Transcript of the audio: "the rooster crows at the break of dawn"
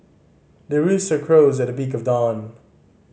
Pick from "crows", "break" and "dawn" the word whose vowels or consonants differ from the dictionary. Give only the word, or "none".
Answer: break